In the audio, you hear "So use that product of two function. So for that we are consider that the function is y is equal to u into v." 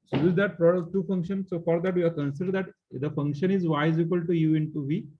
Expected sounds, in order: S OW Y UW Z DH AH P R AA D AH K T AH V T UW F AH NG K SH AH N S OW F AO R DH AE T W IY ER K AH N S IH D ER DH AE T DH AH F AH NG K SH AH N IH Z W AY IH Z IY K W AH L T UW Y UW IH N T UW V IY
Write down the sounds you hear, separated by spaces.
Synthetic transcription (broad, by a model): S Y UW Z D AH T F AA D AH T T UW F AH NG K SH AH N S OW F AO R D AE T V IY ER K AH N S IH D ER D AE T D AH F AH NG K SH AH N IH Z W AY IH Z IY K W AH L T UW Y UW IH N T UW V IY